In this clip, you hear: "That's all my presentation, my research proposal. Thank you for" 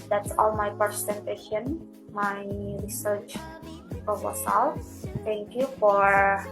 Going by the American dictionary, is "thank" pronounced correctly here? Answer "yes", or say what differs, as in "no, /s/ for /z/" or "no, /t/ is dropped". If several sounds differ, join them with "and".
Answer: no, /f/ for /θ/